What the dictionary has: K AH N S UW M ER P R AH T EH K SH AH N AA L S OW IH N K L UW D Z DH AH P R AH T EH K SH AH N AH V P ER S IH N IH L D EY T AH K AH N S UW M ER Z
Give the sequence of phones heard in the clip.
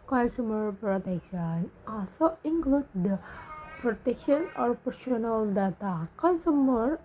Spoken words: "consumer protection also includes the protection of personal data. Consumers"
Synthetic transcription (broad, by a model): K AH N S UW M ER P R AH T EH K SH AH N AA S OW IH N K L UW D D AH P R AH T EH K SH AH N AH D P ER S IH N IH L D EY T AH K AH N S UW M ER